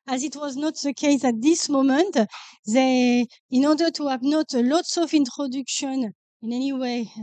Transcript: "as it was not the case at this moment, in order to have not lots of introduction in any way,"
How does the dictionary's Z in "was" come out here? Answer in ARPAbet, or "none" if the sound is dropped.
Z